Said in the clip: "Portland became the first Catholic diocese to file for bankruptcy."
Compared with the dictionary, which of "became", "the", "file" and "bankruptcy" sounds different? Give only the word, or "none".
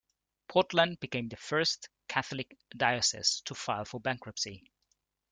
none